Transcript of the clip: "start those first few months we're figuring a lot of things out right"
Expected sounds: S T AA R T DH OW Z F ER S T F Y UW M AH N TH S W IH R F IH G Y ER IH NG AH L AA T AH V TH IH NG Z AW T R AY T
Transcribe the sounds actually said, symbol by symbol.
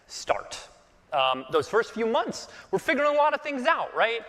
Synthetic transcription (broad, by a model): S T AA R T DH OW Z F ER S T F Y UW M AH N TH S W IH R F IH G Y ER IH NG AH L AA T AH V TH IH NG Z AW T R AY T